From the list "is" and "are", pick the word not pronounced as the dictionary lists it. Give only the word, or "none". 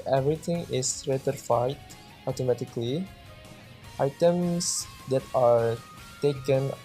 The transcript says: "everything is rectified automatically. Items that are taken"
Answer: is